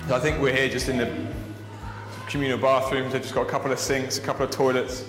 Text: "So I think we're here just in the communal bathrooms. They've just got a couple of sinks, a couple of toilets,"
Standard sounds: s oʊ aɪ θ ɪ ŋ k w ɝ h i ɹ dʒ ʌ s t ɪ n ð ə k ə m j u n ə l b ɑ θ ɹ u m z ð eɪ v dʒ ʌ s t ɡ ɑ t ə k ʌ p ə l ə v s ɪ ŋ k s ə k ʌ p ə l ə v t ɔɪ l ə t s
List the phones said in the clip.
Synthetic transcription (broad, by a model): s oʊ aɪ θ ɪ ŋ k w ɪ h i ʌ dʒ ʌ s t ɪ n ð ə k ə m j u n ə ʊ b ɑ θ ɹ u m z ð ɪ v dʒ ʌ s ɡ ɑ t ə k ʌ p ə l ə v s ɪ ŋ k s ə k ʌ p l ə v t ɔɪ l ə t s